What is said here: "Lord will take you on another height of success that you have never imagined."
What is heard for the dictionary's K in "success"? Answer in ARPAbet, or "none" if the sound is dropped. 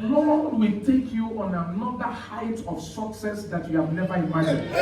K